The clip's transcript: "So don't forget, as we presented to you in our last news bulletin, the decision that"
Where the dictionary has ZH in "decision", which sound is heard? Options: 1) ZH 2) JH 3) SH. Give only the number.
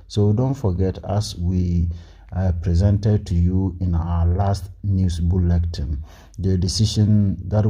3